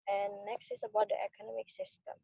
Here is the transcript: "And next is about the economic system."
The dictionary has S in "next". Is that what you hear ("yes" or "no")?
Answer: yes